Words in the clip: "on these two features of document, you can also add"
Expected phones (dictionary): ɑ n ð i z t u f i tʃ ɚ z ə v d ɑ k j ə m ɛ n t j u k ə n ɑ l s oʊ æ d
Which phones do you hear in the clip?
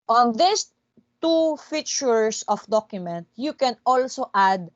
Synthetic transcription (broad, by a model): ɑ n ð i s t u f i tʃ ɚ s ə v d ɑ k j ə m ɛ n t j u k ə n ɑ l s oʊ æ d